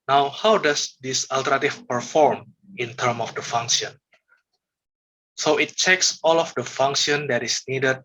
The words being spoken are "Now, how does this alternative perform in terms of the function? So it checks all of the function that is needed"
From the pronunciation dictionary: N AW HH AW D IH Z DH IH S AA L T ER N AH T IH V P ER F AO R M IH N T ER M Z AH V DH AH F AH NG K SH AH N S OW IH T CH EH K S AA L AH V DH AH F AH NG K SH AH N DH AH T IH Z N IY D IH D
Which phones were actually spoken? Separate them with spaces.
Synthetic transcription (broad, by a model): N AW HH AW D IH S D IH S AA L T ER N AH T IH F P ER F AO R M IH N T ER M AH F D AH F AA NG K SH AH N S OW IH T CH EH K S AA L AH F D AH F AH NG K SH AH N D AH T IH S N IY D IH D